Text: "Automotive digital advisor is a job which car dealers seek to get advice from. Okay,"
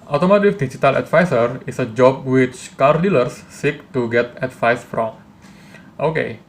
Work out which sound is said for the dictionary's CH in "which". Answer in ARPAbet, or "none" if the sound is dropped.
CH